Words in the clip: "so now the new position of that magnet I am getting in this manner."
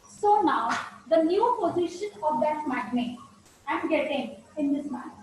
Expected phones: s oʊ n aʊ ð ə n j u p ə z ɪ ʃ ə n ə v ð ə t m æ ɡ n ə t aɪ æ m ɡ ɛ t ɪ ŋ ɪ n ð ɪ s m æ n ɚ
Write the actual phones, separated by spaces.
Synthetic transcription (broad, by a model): s oʊ n aʊ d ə n j u p ə z ɪ ʃ ə n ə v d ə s m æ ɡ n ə aɪ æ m ɡ ɛ t ɪ ŋ ɪ n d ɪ s m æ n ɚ